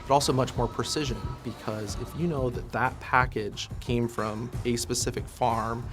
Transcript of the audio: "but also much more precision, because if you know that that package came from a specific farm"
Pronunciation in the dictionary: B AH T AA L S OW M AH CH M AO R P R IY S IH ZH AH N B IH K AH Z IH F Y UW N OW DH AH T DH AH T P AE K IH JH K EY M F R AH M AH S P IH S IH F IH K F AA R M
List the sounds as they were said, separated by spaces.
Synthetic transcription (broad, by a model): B AH T AA L S OW M AH CH M AO R P R IY S IH ZH AH N B IH K AH Z IH F Y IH N OW DH AH T DH AH T P AE K IH JH K EY M F R AH M AH S P IH S IH F IH K F AA R M